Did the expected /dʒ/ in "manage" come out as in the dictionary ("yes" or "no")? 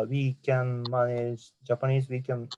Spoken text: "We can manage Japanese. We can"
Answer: no